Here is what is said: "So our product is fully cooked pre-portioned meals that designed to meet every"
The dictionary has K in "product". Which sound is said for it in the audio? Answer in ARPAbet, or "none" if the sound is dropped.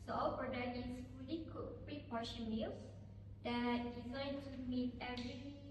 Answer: none